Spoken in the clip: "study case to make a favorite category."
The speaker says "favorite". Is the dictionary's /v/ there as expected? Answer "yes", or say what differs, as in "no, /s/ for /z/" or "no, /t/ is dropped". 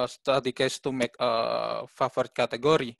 no, /f/ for /v/